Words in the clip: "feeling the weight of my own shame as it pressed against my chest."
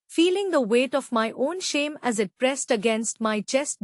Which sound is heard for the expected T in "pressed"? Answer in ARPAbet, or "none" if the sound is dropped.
T